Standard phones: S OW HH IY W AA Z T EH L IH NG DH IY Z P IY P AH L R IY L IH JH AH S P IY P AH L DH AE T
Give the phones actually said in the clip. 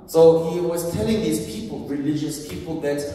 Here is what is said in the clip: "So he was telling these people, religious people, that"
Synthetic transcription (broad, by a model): S OW HH IY W AA Z T EH L IH NG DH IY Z P IY P AH L R IY L IH JH AH S P IY P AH L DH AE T